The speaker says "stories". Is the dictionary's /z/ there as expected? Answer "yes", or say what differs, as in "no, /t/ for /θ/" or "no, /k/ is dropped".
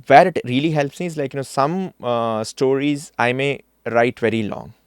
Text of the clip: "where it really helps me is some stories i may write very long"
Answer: yes